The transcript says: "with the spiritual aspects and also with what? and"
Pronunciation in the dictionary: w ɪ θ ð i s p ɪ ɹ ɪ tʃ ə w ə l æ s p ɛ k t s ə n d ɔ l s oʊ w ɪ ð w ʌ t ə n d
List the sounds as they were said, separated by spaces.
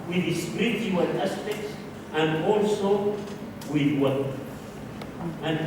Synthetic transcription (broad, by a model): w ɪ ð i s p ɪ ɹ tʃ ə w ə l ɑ s p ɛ k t s ə n d ɔ l s oʊ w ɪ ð w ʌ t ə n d